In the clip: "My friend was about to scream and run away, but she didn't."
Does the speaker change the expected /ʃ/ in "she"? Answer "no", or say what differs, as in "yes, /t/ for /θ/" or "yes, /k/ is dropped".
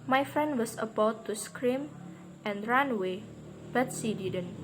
yes, /s/ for /ʃ/